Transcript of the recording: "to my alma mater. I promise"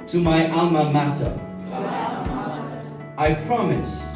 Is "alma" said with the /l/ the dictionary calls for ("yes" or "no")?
no